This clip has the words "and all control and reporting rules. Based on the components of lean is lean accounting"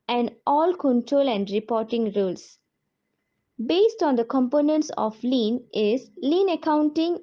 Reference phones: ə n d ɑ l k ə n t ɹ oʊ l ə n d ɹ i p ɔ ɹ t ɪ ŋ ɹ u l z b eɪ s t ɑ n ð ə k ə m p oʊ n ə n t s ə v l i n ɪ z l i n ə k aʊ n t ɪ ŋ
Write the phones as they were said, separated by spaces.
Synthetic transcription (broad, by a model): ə n d ɑ l k ə n t ɹ oʊ l ə n d ɹ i p ɔ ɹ t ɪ ŋ ɹ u l s b eɪ s t ɑ n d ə k ə m p oʊ n ə n t s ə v l i n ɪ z l i n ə k aʊ n t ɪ ŋ